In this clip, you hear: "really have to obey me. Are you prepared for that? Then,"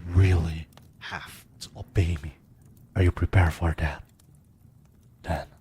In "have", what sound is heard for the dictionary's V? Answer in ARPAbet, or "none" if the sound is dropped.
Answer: F